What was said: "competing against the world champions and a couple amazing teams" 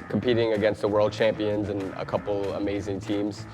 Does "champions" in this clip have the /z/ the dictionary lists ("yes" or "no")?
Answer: yes